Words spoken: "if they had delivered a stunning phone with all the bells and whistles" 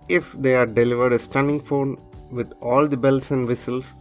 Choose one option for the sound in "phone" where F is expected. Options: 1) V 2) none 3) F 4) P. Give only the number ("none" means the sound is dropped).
3